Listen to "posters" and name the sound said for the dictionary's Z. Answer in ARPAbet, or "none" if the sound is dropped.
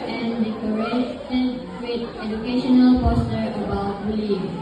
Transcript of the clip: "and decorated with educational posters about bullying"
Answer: none